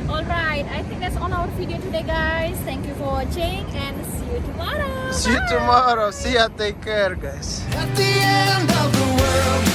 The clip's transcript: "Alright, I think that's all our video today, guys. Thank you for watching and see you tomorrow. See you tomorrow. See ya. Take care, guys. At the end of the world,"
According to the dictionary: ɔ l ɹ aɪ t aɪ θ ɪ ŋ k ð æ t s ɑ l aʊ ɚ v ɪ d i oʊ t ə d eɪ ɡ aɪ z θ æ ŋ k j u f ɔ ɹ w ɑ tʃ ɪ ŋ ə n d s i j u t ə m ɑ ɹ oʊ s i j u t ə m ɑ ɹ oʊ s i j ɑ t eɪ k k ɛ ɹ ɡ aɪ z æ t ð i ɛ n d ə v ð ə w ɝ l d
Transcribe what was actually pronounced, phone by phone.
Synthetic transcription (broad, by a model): ɔ l ɹ aɪ t aɪ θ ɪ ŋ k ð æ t s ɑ n aʊ ɚ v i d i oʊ t ə d eɪ ɡ aɪ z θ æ ŋ k j u f ɔ ɹ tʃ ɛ ɪ ŋ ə n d s i j u t ə m ɑ ɹ oʊ s i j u t ə m ɑ ɹ oʊ s i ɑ t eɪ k k ɛ ɹ ɡ aɪ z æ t ð i ɛ n d ə v ð ə w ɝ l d